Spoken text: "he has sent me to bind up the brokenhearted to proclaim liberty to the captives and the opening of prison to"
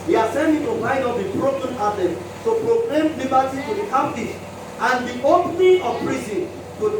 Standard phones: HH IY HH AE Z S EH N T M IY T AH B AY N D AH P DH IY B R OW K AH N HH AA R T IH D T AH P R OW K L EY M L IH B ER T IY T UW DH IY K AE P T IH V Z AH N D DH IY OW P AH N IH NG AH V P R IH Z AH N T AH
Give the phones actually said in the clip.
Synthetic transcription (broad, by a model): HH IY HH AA S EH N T M IY T AH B AY D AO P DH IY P R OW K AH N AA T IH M T AH P R OW K L EY M L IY B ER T IY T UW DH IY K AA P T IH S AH N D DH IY OW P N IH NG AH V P R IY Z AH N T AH